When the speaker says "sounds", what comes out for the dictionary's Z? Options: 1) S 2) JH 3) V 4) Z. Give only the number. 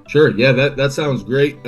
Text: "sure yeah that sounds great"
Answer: 4